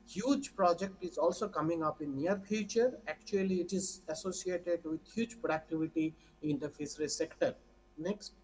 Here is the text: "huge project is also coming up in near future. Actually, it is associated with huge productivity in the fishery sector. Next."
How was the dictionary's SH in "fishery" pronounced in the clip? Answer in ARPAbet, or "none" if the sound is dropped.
S